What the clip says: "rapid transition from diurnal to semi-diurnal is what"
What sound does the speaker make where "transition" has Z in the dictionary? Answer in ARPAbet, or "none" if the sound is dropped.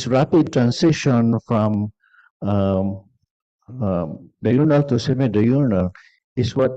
S